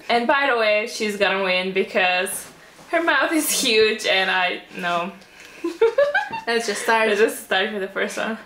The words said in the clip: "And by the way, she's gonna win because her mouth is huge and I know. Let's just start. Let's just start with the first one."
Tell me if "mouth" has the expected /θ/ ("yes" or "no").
yes